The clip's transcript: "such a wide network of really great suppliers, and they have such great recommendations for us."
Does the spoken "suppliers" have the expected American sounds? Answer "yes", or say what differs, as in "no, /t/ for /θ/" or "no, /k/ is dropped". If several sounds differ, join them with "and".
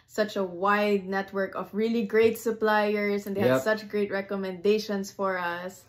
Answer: no, /s/ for /z/